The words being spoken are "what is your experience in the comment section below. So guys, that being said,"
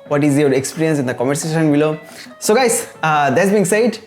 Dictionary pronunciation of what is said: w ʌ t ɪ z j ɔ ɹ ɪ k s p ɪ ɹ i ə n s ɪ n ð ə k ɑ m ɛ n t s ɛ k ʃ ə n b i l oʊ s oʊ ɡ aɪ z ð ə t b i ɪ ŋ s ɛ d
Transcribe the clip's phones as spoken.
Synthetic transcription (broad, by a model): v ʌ t ɪ z j ɔ ɹ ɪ k s p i ɹ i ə n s ɪ n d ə k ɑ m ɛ t s ɛ ʃ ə n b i l oʊ s oʊ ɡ aɪ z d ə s b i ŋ s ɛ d